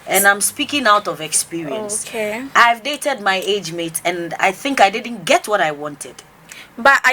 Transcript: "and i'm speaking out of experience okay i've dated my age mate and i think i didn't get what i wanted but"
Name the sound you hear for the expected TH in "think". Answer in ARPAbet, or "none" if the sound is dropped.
TH